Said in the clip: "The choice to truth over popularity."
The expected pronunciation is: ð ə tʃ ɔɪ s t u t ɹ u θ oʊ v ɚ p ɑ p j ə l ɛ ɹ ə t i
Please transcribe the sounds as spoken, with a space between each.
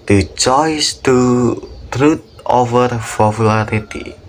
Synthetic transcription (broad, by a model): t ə tʃ ɔɪ s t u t ɹ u t oʊ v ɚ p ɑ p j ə l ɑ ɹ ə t i